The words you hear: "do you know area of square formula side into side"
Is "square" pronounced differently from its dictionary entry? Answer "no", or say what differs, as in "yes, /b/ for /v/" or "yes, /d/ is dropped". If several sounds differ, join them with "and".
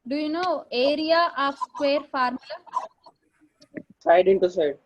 no